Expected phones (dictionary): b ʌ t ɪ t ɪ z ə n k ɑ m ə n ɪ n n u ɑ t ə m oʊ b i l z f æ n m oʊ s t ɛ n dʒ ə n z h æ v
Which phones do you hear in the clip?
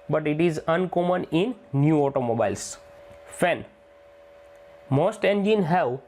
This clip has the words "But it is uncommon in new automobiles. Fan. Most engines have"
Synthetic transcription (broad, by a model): b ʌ t ɪ t ɪ z ə n k ɑ m ə n ɪ n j u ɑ t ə m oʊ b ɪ l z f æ n m oʊ s t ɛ n dʒ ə n h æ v